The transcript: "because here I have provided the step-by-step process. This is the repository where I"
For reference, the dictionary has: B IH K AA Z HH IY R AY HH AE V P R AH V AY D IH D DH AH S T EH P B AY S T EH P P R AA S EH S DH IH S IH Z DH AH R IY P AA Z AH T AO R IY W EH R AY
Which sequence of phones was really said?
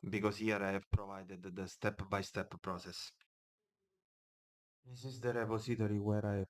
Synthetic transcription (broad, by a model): B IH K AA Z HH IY R AY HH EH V P R AH V AY D IH D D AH S T EH P B AY S T EH P P R AA S EH S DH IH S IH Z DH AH R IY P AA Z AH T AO R IY W EH R AY